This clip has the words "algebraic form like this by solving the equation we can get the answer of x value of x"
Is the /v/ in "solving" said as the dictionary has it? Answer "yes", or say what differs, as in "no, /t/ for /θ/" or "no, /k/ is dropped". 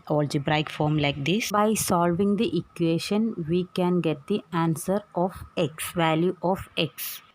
yes